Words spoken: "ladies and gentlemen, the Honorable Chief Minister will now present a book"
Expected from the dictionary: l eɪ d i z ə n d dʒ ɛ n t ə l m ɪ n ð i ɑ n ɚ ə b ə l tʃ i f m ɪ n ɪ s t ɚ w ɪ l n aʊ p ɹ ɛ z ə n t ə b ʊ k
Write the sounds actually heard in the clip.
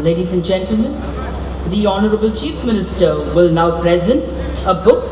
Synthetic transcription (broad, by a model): l eɪ d i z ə n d dʒ ɛ n t ə l m ɪ n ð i ɑ n ɚ ə b ə l tʃ i f m ɪ n ɪ s t ɚ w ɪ l n aʊ p ɹ ɛ z ə n t ə b ʊ k